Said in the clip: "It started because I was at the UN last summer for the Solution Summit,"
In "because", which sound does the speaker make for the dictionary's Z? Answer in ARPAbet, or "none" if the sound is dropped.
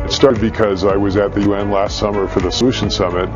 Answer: Z